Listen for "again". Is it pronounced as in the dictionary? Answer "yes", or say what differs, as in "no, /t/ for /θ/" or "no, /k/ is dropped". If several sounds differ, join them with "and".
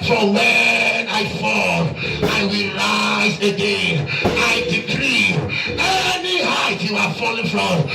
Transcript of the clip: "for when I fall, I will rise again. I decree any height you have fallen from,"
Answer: no, /n/ is dropped